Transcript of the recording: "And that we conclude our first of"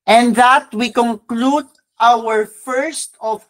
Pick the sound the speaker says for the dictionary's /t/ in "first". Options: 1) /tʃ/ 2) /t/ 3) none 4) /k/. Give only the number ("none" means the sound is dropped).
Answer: 2